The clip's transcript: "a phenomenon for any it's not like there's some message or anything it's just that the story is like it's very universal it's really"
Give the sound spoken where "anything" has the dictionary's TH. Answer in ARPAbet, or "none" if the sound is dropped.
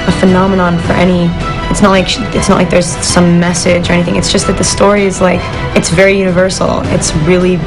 TH